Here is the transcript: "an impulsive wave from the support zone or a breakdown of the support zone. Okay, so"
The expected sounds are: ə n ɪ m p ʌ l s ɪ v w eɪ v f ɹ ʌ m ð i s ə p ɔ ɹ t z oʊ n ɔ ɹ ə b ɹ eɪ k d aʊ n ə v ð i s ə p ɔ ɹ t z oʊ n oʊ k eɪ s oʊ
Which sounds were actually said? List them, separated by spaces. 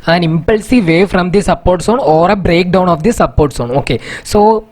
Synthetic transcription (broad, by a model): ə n ɪ m p ʌ l s ɪ v eɪ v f ɹ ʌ m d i s ə p ɔ ɹ t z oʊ n ɔ ɹ ə b ɹ eɪ k d aʊ n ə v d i s ə p ɔ ɹ t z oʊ n oʊ k eɪ s oʊ